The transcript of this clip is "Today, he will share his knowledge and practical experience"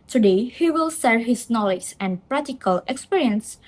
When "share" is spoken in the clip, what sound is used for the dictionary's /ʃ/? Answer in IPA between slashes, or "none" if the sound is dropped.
/s/